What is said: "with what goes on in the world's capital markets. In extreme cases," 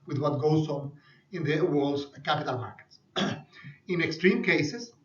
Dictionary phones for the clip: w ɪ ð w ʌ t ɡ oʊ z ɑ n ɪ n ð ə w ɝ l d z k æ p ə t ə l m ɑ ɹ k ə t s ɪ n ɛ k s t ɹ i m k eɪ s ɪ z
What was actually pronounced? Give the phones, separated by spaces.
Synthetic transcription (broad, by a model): w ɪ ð w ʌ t ɡ oʊ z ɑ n ɪ n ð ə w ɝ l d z k æ p ə t ə l m ɑ ɹ k ə t s ɪ n ɛ k s t ɹ i m k eɪ s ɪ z